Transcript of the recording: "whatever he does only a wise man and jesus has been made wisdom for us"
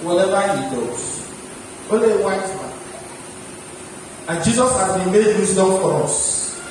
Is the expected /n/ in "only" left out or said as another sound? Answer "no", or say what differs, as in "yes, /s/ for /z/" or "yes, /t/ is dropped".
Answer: yes, /n/ is dropped